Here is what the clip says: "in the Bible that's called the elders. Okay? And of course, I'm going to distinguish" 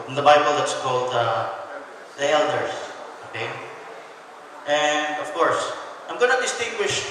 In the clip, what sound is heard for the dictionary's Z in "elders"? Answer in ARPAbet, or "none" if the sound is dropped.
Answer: S